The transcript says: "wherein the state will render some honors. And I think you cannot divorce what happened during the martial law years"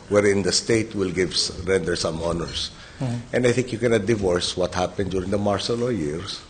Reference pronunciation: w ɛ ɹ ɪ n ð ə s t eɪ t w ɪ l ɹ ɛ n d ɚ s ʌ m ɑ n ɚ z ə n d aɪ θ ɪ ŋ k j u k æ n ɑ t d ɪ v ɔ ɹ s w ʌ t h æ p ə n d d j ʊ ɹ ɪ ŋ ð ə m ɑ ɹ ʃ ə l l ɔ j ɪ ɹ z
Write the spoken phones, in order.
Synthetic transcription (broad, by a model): w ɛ ɹ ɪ n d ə s t eɪ t w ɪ l ɹ ɛ n d ɚ s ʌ m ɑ n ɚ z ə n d aɪ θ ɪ ŋ k j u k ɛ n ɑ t d ɪ v ɔ ɹ s w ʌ t h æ p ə n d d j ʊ ɹ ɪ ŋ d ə m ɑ ɹ s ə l l ɔ j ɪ ɹ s